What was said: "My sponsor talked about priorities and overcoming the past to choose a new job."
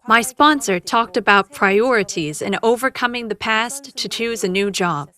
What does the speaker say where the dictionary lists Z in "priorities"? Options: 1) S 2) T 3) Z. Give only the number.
3